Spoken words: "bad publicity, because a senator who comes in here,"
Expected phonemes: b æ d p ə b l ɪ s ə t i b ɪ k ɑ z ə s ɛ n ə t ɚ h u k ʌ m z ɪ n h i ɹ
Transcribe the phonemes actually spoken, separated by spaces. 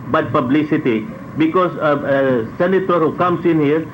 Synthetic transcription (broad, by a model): b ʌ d p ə b l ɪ s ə t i b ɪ k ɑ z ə s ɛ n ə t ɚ h u k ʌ m s ɪ n h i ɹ